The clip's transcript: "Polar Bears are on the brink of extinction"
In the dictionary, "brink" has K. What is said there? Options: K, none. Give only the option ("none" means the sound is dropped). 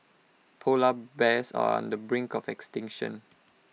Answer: K